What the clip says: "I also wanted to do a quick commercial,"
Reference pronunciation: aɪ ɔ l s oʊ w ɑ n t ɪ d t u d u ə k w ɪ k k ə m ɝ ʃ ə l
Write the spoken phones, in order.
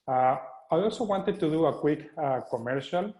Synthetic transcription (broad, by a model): aɪ ɔ l s oʊ w ɑ n t ɪ d t u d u ə k w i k k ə m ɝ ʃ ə l